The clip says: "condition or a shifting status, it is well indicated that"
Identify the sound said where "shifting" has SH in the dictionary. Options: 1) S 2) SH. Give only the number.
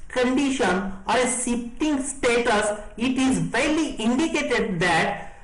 1